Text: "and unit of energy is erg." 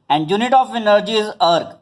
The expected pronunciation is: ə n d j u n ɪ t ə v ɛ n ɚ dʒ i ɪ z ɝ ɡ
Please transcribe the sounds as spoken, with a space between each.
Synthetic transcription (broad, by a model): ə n d j u n ɪ t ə f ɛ n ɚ dʒ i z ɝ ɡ